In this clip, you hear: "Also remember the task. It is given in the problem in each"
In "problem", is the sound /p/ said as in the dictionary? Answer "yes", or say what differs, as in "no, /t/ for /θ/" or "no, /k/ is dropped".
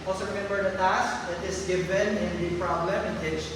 yes